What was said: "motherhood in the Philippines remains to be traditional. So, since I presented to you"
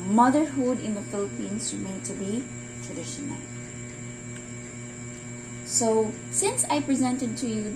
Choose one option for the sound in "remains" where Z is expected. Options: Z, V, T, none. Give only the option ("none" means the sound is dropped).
none